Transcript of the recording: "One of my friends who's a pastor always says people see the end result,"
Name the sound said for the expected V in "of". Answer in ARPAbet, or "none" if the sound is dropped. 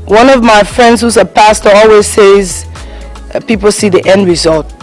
V